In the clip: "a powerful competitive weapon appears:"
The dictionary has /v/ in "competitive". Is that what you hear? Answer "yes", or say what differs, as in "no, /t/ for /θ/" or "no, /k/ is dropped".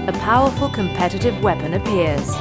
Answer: yes